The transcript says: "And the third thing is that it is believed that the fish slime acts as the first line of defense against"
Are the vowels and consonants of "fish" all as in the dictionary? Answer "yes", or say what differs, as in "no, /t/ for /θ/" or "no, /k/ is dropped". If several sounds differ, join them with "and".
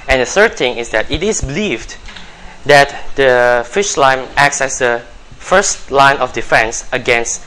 yes